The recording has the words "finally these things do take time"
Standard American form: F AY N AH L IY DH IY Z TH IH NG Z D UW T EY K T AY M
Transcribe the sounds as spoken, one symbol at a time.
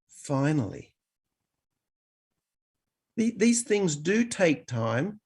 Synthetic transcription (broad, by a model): F AY N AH L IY DH IY Z TH IH NG Z D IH T EY K T AY M